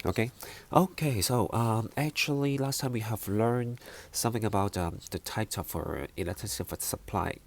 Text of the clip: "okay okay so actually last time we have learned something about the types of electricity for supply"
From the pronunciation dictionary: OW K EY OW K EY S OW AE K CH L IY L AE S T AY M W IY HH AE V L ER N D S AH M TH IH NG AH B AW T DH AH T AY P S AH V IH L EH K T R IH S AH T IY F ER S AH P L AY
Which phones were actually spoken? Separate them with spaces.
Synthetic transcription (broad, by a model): OW K EY OW K EY S OW AE K CH L IY L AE S T AY M W IY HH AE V L ER N D S AH M TH IH NG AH B AW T DH AH T AY P S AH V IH L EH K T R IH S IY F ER S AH P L AY